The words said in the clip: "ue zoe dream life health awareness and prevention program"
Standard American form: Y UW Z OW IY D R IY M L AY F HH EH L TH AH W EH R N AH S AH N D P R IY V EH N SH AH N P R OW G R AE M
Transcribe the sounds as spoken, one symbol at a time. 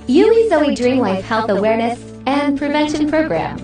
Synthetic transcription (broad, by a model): Y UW Z OW IY D R IY M L AY F HH EH L TH AH W EH R N AH S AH N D P R IY V EH N SH AH N P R OW G R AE M